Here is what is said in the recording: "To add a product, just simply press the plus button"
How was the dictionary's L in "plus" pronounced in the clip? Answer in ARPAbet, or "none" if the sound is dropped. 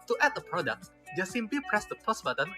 none